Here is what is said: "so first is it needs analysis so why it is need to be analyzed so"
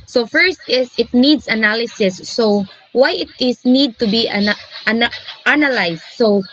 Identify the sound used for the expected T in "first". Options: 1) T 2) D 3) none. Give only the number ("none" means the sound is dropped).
1